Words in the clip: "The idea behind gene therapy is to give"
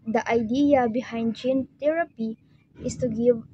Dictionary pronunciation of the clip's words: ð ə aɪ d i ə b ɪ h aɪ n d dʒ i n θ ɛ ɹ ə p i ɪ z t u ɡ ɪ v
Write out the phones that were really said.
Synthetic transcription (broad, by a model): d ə aɪ d i ə b ɪ h aɪ n d dʒ i n t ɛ ɹ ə p i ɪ s t u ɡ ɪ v